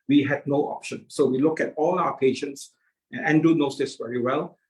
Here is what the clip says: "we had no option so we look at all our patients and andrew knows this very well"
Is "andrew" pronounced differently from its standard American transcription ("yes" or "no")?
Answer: yes